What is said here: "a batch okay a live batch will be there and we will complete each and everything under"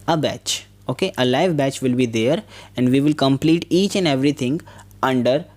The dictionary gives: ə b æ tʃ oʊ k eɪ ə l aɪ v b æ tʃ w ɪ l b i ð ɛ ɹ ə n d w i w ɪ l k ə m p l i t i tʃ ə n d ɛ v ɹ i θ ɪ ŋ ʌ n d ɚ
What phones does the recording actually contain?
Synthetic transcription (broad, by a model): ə b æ tʃ oʊ k eɪ ə l aɪ v b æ tʃ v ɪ l b i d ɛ ɹ ə n d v i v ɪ l k ə m p l i t i tʃ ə n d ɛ v ɹ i t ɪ ŋ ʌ n d ɚ